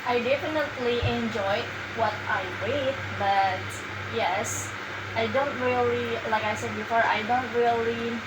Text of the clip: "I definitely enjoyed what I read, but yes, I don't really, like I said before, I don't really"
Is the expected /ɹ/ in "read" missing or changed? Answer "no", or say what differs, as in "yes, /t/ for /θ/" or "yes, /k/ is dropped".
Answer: yes, /w/ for /ɹ/